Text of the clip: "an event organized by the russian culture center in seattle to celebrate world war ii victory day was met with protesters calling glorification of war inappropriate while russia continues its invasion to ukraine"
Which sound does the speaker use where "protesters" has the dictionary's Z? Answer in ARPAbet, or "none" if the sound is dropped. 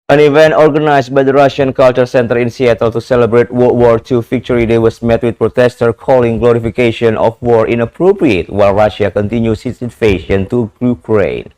none